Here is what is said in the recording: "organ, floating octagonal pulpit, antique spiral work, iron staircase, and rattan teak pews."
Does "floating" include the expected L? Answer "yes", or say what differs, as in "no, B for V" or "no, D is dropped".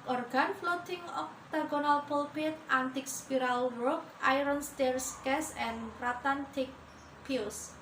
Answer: yes